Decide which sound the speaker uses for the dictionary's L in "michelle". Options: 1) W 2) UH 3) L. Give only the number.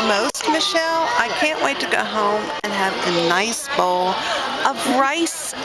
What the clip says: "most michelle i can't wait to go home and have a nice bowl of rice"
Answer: 3